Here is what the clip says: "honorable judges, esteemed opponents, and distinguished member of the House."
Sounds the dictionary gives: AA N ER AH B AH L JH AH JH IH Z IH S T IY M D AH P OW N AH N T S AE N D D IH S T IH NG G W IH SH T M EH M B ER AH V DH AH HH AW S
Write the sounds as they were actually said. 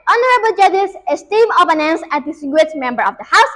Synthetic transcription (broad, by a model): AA N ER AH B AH L JH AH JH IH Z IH S T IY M AH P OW N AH N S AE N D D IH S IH G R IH T M EH M B ER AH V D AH HH AW S